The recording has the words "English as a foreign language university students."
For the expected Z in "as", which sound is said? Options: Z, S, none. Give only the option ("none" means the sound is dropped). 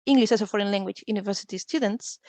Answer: S